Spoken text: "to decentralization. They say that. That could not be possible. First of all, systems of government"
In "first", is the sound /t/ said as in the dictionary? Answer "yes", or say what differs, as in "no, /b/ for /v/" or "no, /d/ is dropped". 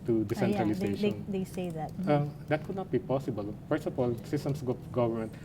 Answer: no, /t/ is dropped